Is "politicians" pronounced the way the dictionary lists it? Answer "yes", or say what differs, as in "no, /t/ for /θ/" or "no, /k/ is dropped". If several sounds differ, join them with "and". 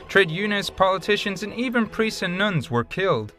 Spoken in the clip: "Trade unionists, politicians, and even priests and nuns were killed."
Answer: yes